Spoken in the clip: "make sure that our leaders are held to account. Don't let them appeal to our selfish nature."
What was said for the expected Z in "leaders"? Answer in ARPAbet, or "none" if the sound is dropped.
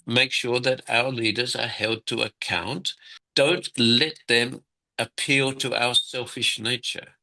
Z